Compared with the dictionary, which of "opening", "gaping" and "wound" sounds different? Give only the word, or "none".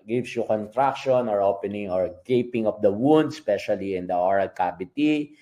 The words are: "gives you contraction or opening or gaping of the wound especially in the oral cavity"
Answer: none